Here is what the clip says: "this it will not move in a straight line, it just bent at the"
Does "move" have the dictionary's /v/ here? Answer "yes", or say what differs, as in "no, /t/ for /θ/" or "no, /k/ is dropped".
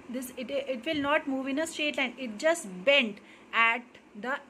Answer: yes